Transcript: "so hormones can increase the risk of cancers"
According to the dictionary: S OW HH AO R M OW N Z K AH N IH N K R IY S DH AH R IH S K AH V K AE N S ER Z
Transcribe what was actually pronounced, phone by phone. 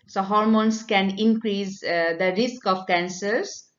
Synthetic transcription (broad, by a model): S OW HH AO R M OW N S K AH N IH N K R IY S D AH R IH S K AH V K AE N S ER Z